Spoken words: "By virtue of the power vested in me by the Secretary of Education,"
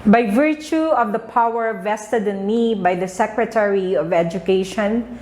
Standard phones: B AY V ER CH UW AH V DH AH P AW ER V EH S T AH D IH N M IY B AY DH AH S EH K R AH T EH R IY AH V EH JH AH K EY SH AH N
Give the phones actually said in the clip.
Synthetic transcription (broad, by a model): B AY V ER CH UW AH V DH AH P AW ER V EH S T AH D IH N M IY B AY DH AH S EH K R AH T EH R IY AH V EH JH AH K EY SH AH N